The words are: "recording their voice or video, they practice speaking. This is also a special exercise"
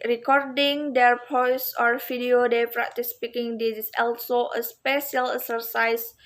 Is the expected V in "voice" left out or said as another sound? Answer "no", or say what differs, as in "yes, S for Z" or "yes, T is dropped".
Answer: yes, P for V